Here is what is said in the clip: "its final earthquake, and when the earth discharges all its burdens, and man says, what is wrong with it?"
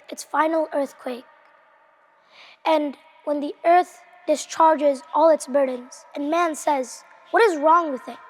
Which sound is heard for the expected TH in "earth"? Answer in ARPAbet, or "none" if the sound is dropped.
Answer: TH